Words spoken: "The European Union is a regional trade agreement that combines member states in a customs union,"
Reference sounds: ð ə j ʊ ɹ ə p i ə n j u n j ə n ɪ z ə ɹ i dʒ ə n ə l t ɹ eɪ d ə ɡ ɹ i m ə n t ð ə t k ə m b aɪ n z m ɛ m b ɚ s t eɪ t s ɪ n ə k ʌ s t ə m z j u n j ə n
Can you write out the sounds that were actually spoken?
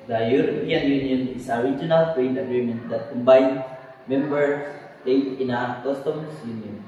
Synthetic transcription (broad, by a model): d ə j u ɹ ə p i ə n j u n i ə n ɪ s ə ɹ i dʒ ə n ə l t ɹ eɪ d ə ɡ ɹ i m ə n t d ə t k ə m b aɪ n s m ɛ m b ɚ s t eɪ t ɪ n ə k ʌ s t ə m s j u n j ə n